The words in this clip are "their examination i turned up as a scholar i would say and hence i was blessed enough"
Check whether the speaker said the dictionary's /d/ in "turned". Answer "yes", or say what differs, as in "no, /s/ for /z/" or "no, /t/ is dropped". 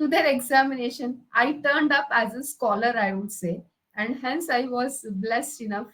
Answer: yes